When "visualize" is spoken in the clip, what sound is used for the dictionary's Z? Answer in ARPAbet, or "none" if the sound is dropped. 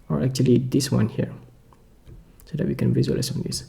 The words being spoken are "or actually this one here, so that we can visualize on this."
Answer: S